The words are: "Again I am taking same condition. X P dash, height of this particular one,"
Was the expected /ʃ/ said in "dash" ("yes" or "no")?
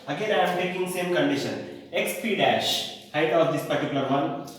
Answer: yes